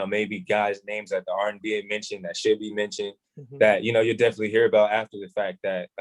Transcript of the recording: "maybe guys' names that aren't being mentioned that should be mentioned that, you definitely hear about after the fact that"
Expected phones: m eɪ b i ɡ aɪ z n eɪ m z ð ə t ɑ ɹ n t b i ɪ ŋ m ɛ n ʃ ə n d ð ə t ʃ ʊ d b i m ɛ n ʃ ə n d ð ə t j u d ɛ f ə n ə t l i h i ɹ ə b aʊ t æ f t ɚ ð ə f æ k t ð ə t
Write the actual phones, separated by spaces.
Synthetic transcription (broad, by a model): m eɪ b i ɡ aɪ z n eɪ m z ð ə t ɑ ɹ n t b i ɪ ŋ m ɛ n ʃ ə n ð ə t ʃ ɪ d b i m ɛ n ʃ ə n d ð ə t j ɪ d ɛ f ə n ə t l i h i ɹ ə b aʊ t æ f t ɚ ð ə f æ k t ð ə t